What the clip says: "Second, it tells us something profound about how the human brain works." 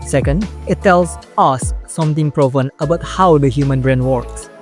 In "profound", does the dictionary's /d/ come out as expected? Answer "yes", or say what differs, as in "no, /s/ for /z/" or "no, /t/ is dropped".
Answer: no, /d/ is dropped